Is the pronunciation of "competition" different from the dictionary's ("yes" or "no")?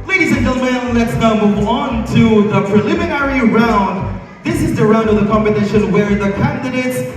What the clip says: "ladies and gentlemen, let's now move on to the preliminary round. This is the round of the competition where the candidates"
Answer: yes